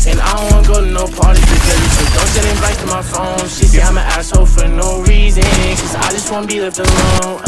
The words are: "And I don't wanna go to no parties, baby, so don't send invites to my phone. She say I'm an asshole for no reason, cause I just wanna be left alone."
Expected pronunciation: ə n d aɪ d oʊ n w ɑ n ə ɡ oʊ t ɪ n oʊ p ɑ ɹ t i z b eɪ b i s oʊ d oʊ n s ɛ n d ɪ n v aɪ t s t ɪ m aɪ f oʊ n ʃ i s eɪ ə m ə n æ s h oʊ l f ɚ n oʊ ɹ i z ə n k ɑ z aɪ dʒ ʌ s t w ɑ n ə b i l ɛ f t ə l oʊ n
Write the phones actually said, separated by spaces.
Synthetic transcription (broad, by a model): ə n aɪ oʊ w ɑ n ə ɡ oʊ t ɪ n oʊ p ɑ ɹ t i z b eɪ i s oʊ d oʊ n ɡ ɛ d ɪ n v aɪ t t ɪ m aɪ f oʊ n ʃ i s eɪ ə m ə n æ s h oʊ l f ɚ n oʊ ɹ i z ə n k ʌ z aɪ dʒ ʌ s t w ɑ n ə b i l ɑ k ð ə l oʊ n